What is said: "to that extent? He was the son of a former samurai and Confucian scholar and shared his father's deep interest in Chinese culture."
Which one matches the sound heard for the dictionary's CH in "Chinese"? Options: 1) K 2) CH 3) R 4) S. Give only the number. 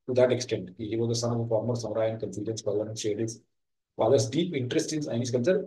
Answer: 4